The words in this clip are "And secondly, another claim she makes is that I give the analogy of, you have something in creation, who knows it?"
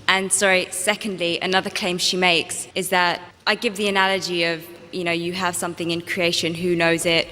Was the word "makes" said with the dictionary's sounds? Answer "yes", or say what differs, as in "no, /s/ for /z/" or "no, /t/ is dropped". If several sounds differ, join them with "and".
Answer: yes